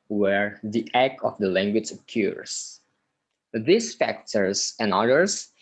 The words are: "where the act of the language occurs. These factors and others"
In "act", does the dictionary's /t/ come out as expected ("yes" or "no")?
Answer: no